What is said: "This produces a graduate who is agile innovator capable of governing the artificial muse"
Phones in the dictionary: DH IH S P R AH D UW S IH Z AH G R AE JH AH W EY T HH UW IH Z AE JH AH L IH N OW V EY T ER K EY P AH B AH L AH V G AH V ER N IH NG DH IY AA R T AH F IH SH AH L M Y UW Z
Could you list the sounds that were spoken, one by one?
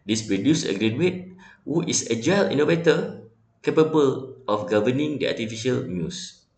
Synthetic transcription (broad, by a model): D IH S P R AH D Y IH S AH G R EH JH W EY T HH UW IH S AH JH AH L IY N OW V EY T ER K EY P AH B AH L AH F G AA V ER N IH NG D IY AA T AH F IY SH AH L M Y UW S